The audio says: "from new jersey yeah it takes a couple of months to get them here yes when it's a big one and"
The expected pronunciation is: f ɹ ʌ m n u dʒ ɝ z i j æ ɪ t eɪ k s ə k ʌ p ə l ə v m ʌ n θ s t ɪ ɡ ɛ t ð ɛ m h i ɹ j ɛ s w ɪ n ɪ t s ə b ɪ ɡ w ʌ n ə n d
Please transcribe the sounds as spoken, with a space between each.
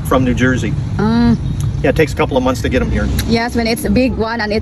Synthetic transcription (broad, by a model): f ɹ ʌ m n u dʒ ɝ z i j æ t eɪ k s ə k ʌ p l ə v m ʌ n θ s t ɪ ɡ ɛ t m h i ɹ j ɛ s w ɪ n ɪ t s ə b ɪ ɡ w ʌ n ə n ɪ